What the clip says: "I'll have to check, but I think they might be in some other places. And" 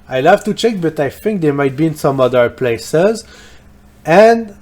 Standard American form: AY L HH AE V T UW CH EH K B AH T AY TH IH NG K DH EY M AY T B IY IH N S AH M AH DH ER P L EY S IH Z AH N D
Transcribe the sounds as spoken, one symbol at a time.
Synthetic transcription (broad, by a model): AY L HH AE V T UW CH EH K B AH T AY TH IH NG K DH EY M AY T B IY IH N S AH M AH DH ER P L EY S IH Z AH N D